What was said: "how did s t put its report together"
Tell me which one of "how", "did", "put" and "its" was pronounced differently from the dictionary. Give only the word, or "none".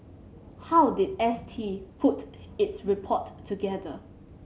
none